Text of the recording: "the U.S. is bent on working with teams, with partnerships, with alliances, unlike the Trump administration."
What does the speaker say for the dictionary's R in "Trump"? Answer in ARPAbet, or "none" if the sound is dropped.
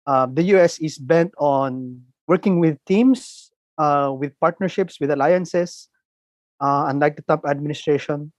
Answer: none